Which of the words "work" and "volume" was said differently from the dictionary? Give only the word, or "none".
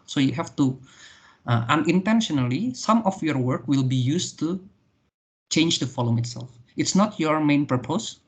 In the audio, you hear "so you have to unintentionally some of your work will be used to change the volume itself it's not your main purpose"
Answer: volume